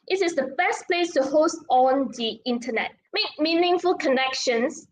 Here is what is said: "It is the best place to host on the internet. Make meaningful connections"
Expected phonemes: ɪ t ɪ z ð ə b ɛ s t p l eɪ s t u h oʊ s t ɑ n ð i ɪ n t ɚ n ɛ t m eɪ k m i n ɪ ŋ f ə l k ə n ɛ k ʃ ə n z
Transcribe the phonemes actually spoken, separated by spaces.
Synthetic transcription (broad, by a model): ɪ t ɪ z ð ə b ɛ s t p l eɪ s t u h oʊ s t ɑ n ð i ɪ n t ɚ n ɛ t m eɪ k m i n ɪ ŋ f ə l k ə n ɛ k ʃ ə n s